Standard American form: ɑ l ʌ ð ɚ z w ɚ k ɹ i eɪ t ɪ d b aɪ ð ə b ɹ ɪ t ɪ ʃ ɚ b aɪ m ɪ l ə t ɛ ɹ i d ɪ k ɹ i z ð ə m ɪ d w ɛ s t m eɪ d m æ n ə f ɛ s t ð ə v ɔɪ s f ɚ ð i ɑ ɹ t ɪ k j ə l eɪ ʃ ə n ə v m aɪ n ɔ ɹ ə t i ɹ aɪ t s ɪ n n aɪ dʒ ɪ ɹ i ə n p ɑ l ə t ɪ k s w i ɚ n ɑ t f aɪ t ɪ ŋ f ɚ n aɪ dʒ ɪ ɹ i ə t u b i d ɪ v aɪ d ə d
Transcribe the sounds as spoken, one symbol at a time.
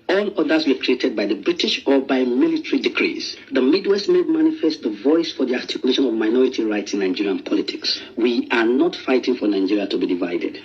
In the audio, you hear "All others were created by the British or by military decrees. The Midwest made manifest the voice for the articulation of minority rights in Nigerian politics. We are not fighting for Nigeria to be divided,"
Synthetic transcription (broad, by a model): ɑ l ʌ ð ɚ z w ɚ k ɹ i eɪ t ɪ d b aɪ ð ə b ɹ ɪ t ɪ ʃ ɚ b aɪ m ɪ l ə t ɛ ɹ i d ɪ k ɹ i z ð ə m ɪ d w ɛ s t m eɪ d m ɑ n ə f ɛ s t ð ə v ɔɪ s f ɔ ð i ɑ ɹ t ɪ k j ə l eɪ ʃ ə n ə v m aɪ n ɔ ɹ ə t i ɹ aɪ t s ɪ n n aɪ dʒ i ɹ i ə n p ɑ l ə t ɪ k s w i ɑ n ɑ t f aɪ t ɪ ŋ f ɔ n aɪ dʒ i ɹ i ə t u b i d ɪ v aɪ d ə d